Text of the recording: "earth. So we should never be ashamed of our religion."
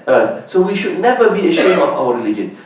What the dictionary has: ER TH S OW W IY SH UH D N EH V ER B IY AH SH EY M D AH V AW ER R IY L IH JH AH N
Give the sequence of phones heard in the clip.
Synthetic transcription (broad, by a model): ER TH S OW W IY SH UH D N EH V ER B IY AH SH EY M AH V AW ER R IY L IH JH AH N